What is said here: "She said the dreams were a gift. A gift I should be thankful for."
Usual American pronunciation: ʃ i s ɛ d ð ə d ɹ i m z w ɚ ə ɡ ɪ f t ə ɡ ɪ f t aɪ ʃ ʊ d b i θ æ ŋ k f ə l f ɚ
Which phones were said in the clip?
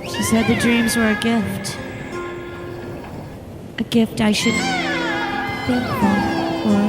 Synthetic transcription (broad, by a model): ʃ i s ɛ d ð ə d ɹ i m z w ɚ ə ɡ ɪ f t ə ɡ ɪ f t aɪ ʃ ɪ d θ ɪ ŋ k ə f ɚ